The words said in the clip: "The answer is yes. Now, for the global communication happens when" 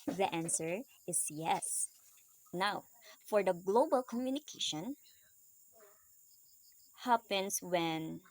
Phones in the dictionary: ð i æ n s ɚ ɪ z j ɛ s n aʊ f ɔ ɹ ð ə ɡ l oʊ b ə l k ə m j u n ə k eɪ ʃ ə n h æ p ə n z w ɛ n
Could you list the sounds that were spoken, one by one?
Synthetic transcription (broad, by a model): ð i æ n s ɚ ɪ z j ɛ s n aʊ f ɔ ɹ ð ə ɡ l oʊ b ə l k ə m j u n ə k eɪ ʃ ə n h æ p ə n s w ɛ n